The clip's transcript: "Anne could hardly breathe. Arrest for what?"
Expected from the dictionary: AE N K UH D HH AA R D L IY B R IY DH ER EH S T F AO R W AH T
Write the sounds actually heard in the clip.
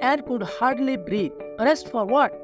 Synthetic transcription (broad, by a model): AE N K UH D HH AA R D L IY B R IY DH ER EH S T F AO R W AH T